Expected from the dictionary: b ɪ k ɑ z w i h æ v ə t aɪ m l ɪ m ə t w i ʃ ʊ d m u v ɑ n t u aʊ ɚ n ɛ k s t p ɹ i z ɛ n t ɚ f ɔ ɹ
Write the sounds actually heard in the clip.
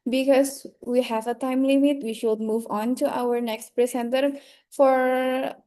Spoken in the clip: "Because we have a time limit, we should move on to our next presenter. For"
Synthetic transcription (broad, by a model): b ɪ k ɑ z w i h æ v ə t aɪ m l ɪ m ə t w i ʃ ʊ d m u v ɑ n t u aʊ ɚ n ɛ k s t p ɹ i s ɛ n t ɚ f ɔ ɹ